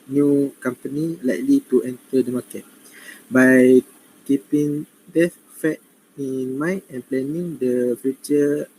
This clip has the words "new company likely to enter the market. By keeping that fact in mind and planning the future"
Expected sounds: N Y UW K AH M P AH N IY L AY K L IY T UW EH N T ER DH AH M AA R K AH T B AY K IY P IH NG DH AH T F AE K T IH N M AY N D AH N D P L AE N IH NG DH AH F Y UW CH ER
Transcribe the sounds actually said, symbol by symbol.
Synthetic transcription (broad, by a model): N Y UW K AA M P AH N IY L AY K L IY T UW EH N T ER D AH M AA K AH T B AY K IY P IH NG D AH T F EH T IH N M AY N AH N P L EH N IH NG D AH F Y UW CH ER